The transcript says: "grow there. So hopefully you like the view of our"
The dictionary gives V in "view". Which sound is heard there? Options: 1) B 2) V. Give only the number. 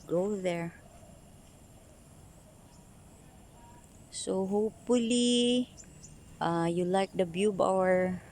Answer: 1